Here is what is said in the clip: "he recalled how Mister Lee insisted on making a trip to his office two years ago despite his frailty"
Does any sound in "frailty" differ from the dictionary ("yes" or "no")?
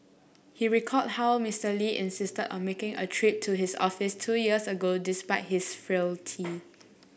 no